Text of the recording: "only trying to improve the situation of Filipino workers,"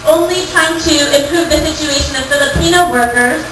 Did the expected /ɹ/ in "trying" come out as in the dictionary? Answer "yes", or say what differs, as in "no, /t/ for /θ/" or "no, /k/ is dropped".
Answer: no, /ɹ/ is dropped